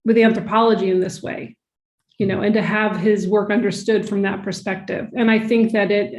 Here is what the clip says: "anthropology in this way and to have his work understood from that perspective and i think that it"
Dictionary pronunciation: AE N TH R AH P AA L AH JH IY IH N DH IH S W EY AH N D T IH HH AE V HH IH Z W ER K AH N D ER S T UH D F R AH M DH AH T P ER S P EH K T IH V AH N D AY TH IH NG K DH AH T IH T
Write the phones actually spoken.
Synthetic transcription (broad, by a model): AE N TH R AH P AA L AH JH IY IH N DH IH S W EY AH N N T IH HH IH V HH IH Z W ER K AH N D ER S T UH D F R AH M DH AH T P ER S P EH K T IH V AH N AY TH IH NG K DH AH T IH T